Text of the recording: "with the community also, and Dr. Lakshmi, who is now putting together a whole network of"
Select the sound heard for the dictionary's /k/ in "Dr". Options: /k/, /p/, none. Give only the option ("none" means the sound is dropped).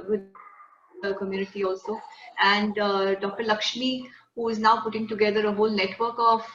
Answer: /k/